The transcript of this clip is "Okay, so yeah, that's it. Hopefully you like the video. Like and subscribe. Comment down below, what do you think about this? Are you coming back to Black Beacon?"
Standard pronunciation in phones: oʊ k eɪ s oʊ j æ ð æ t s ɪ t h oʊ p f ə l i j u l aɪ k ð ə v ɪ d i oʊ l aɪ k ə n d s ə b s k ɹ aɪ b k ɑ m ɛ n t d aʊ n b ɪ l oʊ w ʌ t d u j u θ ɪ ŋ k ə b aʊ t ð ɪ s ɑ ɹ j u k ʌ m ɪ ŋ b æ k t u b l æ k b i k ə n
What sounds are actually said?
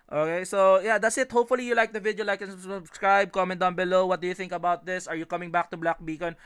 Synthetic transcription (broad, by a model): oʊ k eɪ s oʊ j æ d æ t s ɪ t h oʊ p f ə l i j u l aɪ k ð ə v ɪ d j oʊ l aɪ k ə n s s ə b s k ɹ aɪ b k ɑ m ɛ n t d aʊ n b ɪ l oʊ w ʌ t d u j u θ ɪ ŋ k ə b aʊ t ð ɪ s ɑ ɹ j u k ʌ m ɪ ŋ b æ k t u b l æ k b i k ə n